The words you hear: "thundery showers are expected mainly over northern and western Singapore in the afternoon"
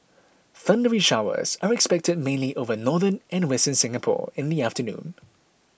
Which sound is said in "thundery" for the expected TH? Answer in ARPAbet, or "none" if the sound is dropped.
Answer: TH